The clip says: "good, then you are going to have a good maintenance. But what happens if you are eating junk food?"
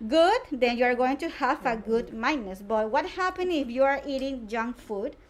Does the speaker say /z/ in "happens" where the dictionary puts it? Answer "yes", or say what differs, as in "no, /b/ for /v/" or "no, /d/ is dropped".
no, /z/ is dropped